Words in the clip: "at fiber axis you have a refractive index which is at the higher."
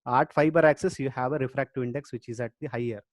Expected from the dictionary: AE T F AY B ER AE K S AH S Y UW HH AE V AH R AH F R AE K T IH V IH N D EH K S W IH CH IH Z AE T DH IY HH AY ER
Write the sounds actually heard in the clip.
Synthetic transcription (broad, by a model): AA T F AY B ER AE K S AH S Y UW HH AE V AH R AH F R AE K T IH IH N D EH K S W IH CH IH Z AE T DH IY HH AY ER